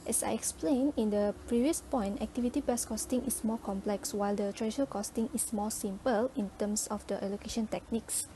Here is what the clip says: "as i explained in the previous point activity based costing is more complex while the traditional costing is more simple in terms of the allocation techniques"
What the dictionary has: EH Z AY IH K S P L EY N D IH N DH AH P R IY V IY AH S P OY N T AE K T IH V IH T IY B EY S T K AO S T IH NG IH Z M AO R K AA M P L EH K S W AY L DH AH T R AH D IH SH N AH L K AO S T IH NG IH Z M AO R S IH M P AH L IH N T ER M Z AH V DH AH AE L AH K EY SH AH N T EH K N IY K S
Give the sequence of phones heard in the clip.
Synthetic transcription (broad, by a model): EH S AY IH K S P L EY N IH N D AH P R IY V IY AH S P OY N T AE K T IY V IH T IY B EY S K AO S T IH NG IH S M AO K AA M P L EH K S W AY L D AH T R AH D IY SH AH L K AO S T IH NG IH S M AO S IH M P AH L IH N T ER M S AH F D AH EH L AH K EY SH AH N T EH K N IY K S